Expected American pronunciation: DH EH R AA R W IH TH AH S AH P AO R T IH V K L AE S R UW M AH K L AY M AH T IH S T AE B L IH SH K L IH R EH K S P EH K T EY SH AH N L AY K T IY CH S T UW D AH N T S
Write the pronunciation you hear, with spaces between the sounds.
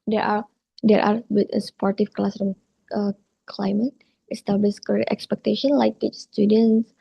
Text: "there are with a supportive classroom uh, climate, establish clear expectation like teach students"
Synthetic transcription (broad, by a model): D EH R AA R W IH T AH S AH P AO R T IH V K L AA S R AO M AH K L AY M AH T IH S T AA B L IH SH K AH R EH K S P EH K T EY SH AH N L AY K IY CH S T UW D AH N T S